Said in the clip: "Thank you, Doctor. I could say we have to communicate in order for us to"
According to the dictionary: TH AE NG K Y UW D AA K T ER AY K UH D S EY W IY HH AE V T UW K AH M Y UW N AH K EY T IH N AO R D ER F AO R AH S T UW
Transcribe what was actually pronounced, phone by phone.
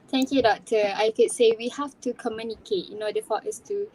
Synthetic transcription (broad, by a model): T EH NG K Y UW D AA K T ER AY K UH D S EY W IY HH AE F T UW K AH M Y UW N AH K EY T IH N AO D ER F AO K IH S T UW